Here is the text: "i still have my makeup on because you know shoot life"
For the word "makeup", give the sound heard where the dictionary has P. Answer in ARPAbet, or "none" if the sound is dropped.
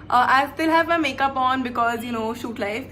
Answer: P